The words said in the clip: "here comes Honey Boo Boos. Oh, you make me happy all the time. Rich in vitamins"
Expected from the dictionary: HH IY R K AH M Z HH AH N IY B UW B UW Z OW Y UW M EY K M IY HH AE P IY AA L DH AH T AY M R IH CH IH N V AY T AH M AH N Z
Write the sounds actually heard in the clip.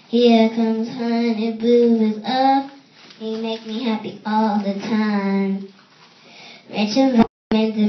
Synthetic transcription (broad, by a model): HH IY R K AH M Z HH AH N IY B UW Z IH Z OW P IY M EY K M IY HH AE P IY AA L DH AH T AY M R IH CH IH N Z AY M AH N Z